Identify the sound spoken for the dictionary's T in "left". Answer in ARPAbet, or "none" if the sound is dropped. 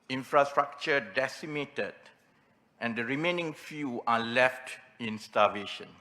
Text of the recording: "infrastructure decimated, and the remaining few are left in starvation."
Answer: T